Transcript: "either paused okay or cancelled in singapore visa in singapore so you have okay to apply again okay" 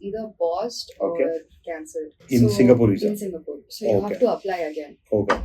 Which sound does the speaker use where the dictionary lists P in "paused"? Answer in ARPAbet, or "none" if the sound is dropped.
B